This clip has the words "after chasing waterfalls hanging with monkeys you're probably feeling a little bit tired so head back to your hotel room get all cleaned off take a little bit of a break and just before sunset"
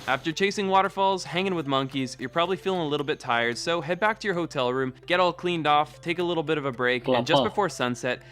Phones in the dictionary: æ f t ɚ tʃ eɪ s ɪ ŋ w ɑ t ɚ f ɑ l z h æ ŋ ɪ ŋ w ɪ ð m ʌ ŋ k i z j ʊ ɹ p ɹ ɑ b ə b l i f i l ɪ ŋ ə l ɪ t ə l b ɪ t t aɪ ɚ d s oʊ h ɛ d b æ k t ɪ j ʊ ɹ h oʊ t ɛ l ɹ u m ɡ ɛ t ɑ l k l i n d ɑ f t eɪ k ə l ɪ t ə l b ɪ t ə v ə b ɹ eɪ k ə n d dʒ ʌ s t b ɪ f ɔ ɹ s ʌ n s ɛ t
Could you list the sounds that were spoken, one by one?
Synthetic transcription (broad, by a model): æ f t ɚ tʃ eɪ s ɪ ŋ w ɑ t ɚ f ɑ l z h æ ŋ ɪ ŋ w ɪ ð m ʌ ŋ k i z j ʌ ɹ p ɹ ɑ b ə b l i f i l ɪ ŋ ə l ɪ t l b ɪ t t aɪ ɚ d s oʊ h ɛ d b æ k t ɪ j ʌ ɹ h oʊ t ɛ l ɹ u m ɡ ɛ t ɑ l k l i n d ɑ f t eɪ k ə l ɪ t l b ɪ t ə v ə b ɹ eɪ k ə n dʒ ʌ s b ɪ f ɔ ɹ s ʌ n s ɛ t